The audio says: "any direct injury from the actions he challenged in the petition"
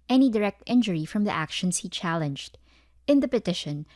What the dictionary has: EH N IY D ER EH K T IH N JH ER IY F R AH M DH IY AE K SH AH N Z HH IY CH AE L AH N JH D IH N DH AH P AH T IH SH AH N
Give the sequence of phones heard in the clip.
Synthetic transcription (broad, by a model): EH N IY D ER EH K T IH N JH ER IY F R AH M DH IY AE K SH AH N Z HH IY CH AE L AH N JH D IH N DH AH P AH T IH SH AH N